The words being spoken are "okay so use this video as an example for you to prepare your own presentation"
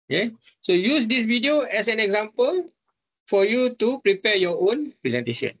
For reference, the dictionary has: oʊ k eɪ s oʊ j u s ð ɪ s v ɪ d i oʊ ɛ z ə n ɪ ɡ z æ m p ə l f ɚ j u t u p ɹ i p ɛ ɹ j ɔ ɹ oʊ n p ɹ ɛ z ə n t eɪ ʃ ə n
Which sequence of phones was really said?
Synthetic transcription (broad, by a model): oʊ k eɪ s oʊ j u s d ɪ s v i d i oʊ ɛ s ə n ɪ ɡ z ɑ m p ə l f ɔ j u t u p ɹ i p ɛ j ɔ oʊ n p ɹ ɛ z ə n t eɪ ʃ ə n